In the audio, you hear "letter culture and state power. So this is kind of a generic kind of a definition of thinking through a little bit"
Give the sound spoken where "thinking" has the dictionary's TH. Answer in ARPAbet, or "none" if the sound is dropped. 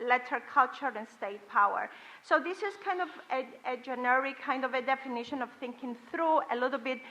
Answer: TH